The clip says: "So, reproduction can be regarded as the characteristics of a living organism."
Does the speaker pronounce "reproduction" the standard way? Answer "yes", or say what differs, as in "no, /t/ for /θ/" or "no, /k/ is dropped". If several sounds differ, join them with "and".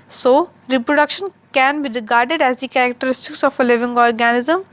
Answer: yes